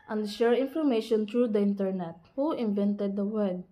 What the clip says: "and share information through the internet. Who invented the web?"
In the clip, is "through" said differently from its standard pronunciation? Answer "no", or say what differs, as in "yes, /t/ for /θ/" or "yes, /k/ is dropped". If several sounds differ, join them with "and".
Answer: yes, /t/ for /θ/